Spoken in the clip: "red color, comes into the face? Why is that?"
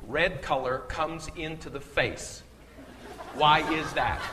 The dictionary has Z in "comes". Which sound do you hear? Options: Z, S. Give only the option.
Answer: Z